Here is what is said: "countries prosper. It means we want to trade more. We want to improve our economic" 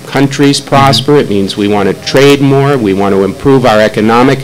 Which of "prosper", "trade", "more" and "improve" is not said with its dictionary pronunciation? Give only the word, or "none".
none